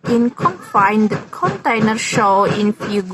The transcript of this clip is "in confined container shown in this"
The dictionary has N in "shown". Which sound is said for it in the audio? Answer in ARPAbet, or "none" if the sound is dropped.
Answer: none